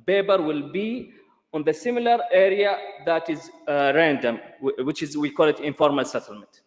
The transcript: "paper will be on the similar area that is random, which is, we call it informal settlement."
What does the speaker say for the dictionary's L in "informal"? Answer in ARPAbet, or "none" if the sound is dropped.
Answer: L